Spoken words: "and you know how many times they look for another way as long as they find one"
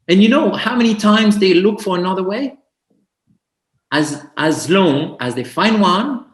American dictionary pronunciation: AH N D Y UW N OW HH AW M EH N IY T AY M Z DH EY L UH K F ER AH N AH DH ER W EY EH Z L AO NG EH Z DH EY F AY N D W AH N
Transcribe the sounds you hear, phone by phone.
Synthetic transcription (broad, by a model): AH N Y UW N OW HH AW M EH N IY T AY M Z DH EY L UH K F ER AH N AH DH ER W EY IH Z L AO NG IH Z DH EY F AY N D W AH N